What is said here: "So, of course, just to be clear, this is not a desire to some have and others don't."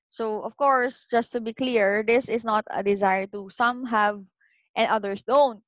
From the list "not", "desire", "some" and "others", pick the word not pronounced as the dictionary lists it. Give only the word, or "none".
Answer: others